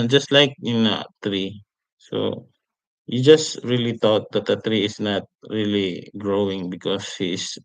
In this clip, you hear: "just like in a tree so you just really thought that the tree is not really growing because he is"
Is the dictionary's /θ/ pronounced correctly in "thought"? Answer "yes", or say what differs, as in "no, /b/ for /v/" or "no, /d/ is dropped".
no, /t/ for /θ/